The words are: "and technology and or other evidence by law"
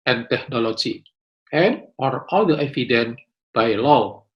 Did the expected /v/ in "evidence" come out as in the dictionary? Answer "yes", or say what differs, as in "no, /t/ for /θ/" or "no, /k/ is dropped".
no, /f/ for /v/